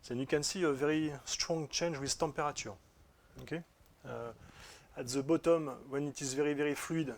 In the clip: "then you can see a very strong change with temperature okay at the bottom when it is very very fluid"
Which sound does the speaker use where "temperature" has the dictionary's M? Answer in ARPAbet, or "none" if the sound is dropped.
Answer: none